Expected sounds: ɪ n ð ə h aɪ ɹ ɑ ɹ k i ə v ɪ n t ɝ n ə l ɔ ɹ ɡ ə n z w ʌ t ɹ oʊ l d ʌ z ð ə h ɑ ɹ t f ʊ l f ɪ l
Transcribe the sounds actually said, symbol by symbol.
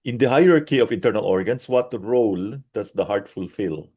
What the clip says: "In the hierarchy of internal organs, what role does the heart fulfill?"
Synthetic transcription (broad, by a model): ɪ n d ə h aɪ ɹ ɑ ɹ k i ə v ɪ n t ɝ n ə l ɔ ɹ ɡ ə n s w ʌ t ɹ oʊ l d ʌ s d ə h ɑ ɹ t f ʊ l f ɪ l